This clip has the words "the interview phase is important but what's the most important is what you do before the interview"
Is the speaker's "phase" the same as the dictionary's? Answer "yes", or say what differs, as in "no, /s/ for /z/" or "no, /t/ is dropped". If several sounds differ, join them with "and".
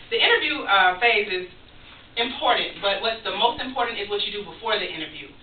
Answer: yes